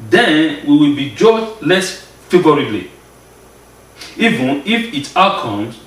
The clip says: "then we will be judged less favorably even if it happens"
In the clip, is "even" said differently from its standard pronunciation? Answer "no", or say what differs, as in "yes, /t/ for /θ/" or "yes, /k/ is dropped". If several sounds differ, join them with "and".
no